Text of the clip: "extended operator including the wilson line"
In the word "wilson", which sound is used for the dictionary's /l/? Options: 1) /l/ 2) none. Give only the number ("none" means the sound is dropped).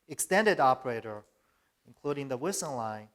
2